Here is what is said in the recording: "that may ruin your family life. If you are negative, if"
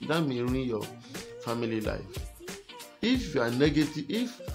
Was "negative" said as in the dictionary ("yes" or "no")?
no